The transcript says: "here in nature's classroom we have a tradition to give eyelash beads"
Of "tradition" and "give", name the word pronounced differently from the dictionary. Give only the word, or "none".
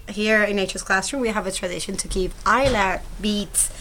give